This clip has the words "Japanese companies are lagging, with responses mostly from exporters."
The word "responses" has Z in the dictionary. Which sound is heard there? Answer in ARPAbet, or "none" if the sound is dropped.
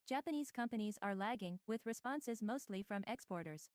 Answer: Z